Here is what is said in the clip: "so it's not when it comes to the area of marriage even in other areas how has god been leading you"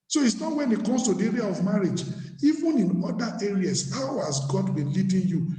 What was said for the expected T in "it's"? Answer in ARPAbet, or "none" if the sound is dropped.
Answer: T